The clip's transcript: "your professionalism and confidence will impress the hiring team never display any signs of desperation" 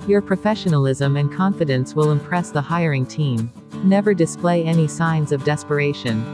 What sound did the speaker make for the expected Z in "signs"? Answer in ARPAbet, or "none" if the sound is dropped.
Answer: Z